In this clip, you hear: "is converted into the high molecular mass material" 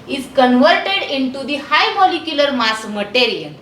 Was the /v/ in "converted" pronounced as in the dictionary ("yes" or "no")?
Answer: yes